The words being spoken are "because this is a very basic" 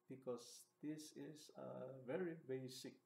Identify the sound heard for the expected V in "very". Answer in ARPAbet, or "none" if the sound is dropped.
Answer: V